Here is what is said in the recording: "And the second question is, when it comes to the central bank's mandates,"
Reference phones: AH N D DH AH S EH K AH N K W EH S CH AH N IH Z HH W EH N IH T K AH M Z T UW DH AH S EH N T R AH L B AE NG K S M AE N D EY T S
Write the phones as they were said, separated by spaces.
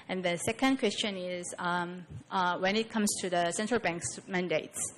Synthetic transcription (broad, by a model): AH N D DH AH S EH K AH N K W EH S CH AH N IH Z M W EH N IH T K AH M S T UW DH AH S EH N T R AH L B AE NG K S M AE N D EY T S